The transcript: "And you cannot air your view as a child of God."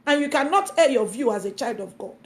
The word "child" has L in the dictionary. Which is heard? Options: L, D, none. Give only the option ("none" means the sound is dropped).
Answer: L